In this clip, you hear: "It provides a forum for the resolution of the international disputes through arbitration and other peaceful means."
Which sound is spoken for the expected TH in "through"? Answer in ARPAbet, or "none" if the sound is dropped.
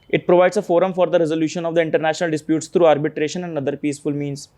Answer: T